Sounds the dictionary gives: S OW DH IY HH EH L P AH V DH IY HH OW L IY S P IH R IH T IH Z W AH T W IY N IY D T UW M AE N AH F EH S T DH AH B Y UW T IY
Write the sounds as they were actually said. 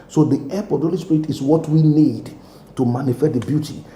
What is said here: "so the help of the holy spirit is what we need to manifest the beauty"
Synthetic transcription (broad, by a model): S OW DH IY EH P AH V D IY HH OW L IY S P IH R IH T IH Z W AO T W IY N IY D T UW M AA N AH F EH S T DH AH B Y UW T IY